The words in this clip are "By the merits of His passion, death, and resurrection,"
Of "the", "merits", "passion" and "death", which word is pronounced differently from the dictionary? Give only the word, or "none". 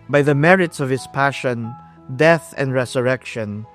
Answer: none